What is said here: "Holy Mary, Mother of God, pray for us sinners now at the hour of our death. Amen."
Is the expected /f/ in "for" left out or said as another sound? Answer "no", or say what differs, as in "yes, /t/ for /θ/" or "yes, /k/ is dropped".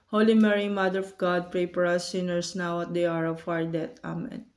yes, /p/ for /f/